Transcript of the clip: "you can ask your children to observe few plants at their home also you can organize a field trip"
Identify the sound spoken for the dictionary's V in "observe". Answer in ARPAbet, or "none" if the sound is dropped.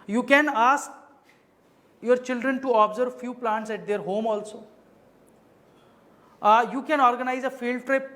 V